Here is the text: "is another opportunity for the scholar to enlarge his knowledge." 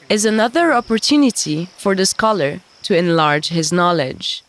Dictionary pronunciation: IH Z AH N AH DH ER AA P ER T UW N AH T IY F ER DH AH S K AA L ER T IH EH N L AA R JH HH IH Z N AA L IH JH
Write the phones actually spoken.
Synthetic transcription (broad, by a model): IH Z AH N AH DH ER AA P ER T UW N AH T IY F ER DH AH S K AA L ER T IH EH N L AA R JH HH IH Z N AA L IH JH